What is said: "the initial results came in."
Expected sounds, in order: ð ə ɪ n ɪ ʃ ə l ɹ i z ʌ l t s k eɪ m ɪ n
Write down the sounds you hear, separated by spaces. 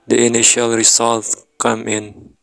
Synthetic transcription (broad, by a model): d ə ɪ n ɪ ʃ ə l ɹ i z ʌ l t k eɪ m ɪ n